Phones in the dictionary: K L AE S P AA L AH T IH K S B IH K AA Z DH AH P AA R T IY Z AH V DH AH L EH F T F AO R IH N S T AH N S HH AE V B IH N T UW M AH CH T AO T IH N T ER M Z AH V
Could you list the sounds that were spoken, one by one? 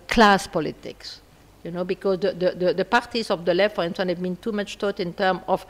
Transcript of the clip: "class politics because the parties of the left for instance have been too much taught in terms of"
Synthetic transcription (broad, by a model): K L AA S P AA L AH T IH K S B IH K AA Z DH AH P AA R T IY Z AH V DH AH L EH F F AO R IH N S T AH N HH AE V B IH N T UW M AH CH T AO T IH N T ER M AH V